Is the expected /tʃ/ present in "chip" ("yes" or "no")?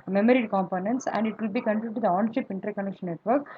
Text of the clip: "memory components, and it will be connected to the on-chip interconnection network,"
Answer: no